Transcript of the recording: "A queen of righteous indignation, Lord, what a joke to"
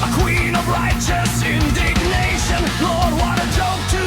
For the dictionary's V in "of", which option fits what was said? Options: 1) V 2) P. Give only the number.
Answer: 1